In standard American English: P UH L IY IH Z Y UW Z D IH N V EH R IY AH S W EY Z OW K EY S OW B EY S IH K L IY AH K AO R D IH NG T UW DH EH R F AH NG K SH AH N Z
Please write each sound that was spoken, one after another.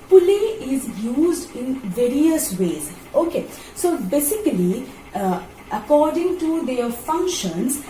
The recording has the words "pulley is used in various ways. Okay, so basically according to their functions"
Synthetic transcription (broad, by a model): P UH L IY IH Z Y UW Z D IH N V EH R IY AH S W EY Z OW K EY S OW B EY S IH K L IY AH K AO R D IH NG T UW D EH F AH NG K SH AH N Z